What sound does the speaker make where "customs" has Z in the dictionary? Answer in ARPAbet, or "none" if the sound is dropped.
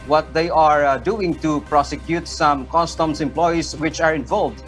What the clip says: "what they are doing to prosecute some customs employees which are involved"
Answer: S